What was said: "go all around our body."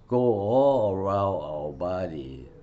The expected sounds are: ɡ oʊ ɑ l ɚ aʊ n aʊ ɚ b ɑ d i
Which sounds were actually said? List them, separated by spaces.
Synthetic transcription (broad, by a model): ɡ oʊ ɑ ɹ aʊ aʊ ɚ b ɑ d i